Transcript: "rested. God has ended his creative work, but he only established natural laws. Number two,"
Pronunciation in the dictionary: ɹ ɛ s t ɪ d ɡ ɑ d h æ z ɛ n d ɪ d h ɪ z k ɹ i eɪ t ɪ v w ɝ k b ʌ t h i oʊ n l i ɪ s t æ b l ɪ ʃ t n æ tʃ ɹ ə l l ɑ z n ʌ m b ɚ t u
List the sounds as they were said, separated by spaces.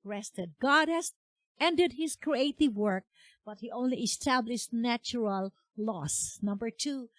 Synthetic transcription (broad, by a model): ɹ ɛ s t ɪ d ɡ ɑ d h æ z ɛ n d ɪ d h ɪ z k ɹ i eɪ t ɪ v w ɝ k b ʌ t h i oʊ n l i ɪ s t æ b l ɪ ʃ t n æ tʃ ɹ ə l l ɑ s n ʌ m b ɚ t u